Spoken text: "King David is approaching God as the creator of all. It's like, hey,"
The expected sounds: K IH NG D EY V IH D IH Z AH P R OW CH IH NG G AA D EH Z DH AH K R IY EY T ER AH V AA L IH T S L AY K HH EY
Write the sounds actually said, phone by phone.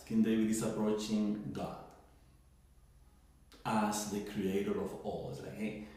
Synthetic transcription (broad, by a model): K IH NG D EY W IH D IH S AH P R OW CH IH NG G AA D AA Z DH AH K R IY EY T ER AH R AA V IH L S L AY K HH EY